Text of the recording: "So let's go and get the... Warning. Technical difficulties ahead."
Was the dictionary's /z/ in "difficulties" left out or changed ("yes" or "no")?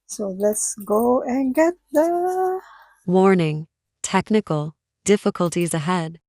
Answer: no